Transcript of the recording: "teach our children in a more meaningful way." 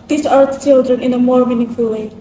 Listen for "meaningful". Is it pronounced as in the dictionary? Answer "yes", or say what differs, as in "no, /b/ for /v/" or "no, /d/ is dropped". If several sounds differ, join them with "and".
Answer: yes